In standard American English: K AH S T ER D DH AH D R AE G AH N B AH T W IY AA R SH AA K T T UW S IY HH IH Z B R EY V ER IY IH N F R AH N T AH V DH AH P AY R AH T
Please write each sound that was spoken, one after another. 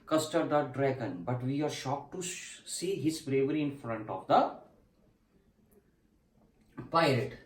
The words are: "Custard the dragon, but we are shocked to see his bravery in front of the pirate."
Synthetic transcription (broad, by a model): K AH S T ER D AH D R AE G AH N B AH T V IY AA R SH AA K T T UW S IY HH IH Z B R EY V ER IY IH N F R AH N T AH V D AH P AY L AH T